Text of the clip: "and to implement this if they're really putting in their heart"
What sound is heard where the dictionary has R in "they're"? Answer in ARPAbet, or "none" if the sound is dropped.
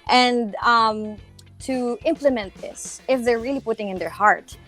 R